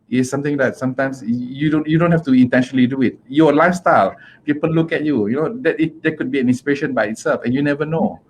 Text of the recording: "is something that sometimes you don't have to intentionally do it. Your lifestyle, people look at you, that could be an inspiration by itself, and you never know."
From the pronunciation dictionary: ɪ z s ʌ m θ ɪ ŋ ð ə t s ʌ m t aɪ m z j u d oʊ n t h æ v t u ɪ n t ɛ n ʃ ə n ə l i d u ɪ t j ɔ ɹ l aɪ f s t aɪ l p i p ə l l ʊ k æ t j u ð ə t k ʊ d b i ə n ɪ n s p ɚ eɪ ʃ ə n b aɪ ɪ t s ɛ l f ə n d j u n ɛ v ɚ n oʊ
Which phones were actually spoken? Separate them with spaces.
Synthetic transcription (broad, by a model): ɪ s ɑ m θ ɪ ŋ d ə t s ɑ m t aɪ m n j u d oʊ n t h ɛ f t u ɪ n t ɛ n ʃ ə n ə l i d u ɪ t j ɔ l aɪ f s t aɪ l p i p ə l l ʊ k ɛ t j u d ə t k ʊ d b i ə n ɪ n s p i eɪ ʃ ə n b aɪ ɪ t s ɛ l f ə n j u n ɛ v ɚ n oʊ